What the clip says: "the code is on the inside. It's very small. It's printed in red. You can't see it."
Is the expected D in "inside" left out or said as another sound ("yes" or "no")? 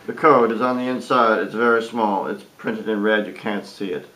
no